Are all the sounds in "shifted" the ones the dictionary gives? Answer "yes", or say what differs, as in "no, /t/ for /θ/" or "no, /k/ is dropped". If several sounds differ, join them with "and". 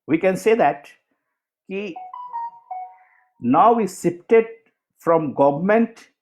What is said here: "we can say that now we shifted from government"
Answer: no, /s/ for /ʃ/ and /p/ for /f/